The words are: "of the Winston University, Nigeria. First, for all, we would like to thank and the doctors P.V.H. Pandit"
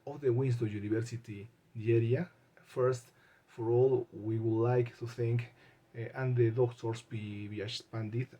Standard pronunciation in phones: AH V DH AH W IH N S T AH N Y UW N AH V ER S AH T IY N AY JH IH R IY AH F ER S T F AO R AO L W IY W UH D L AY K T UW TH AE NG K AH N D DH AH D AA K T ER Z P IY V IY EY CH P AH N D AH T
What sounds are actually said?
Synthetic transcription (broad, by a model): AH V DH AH W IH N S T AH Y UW N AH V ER S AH T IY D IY EH R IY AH F ER S T F AO R AO L W IY W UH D L AY K T UW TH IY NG K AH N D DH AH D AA K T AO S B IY B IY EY S P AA N D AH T